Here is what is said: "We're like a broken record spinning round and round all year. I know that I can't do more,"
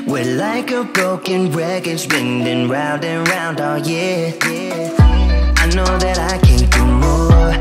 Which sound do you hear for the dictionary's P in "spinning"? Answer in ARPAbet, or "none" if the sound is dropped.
B